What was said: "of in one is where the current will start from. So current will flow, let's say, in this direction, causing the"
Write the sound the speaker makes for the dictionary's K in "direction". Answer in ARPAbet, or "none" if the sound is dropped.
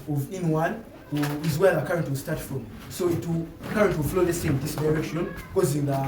none